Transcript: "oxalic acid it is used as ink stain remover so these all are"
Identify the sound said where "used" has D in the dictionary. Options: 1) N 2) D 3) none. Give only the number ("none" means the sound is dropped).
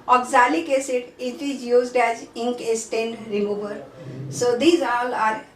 2